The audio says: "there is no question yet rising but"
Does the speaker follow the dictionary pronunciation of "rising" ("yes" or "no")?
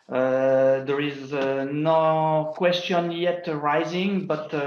yes